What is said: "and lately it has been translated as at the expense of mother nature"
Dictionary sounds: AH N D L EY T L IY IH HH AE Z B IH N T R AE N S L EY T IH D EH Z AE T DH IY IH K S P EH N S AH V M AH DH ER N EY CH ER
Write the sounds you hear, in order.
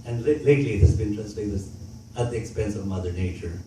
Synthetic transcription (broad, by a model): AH N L L EY T L IY IH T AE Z B IH N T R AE S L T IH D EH S AE T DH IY IH K S P EH N S AH V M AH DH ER N EY CH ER